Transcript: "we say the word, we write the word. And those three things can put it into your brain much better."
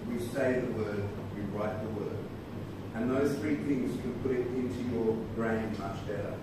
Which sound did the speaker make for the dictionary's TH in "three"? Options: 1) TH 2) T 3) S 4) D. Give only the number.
1